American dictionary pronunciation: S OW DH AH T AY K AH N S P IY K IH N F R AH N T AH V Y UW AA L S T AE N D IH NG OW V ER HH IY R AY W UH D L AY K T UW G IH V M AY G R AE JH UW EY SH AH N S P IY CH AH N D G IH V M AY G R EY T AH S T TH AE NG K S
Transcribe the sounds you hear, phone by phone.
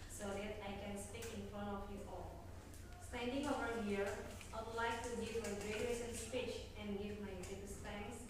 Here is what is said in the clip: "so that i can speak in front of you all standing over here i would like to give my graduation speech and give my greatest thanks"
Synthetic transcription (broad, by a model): S OW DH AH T AY K AH N S P IY K IH N F R AH N T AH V Y UW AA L S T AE N D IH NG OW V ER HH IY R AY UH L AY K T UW G IH V M AY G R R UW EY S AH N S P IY CH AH N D G IH V M AY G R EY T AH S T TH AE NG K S